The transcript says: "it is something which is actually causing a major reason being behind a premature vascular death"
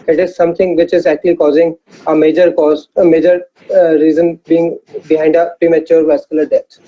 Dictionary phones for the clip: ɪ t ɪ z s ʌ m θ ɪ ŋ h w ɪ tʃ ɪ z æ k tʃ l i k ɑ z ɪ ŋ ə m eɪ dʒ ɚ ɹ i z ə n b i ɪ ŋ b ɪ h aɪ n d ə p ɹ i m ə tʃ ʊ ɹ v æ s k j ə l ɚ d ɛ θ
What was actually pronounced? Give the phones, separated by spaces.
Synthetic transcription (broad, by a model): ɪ t ɪ z s ʌ m t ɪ ŋ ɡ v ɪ tʃ ɪ z æ k tʃ l i k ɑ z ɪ ŋ ə m eɪ dʒ ɚ ɹ i z ə n b i ɪ ŋ b ɪ h aɪ n d ə p ɹ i m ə tʃ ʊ ɹ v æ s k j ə l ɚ d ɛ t